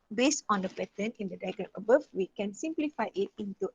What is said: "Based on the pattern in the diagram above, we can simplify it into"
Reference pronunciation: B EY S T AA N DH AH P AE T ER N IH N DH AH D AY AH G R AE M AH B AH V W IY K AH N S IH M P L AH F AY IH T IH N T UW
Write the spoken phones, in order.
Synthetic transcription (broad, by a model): B EY S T AA N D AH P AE T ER N IH N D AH D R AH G AH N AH B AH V W IY K AH N S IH M P L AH F AY IH T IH N T UW